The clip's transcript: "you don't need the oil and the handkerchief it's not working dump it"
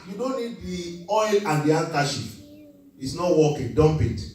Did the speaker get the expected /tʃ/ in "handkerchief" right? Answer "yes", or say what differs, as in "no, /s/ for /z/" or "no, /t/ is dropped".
no, /ʃ/ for /tʃ/